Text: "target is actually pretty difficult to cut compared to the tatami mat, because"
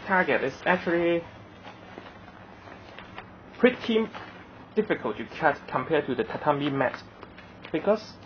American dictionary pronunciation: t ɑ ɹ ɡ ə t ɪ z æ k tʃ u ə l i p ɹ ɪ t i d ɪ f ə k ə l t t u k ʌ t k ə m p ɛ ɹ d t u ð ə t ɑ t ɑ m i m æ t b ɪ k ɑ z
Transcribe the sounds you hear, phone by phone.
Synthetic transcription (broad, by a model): t ɑ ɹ ɡ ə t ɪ s æ k tʃ u ə l i p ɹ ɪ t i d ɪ f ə k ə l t t u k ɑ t k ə m p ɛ t u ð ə t ɑ t ɑ m i m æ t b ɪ k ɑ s